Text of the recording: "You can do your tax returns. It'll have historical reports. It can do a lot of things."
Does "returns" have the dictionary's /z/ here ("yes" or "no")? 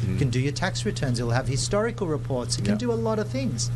yes